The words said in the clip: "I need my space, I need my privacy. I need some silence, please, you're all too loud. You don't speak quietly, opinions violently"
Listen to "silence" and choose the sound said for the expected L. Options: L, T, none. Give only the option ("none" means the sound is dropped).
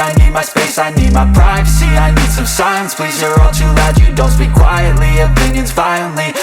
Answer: none